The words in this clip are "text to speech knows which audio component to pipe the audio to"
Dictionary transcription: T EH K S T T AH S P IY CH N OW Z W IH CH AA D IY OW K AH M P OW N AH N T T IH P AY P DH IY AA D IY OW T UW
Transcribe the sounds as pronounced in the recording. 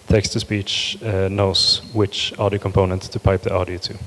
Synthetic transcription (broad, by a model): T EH K S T T AH S P IY CH N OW S W IH CH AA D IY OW K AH M P OW N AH N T T IH P AY P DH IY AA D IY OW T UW